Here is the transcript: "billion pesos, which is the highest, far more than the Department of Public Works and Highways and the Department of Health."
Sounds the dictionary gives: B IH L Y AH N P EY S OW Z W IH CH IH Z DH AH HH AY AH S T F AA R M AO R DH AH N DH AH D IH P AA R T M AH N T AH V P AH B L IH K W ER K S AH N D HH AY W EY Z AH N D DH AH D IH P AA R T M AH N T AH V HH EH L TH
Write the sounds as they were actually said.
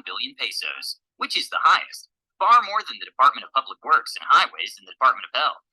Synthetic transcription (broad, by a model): B IH L Y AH N P EY S OW Z W IH CH IH Z DH AH HH AY AH S T F AA R M AO R DH AH N DH AH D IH P AA R T M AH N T AH V P AH B L IH K W ER K S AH N HH AY W EY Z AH N DH AH D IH P AA R T M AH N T AH V HH EH L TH